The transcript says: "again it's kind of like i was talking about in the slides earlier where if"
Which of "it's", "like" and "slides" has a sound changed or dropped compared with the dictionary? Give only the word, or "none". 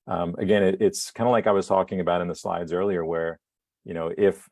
none